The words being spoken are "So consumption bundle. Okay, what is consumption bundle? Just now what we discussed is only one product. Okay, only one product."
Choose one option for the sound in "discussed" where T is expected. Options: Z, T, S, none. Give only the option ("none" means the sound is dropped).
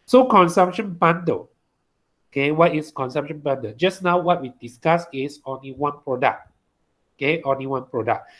none